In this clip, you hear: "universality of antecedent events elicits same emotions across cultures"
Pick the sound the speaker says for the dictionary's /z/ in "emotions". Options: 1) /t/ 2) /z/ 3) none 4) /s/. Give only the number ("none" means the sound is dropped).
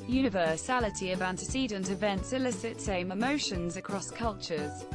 2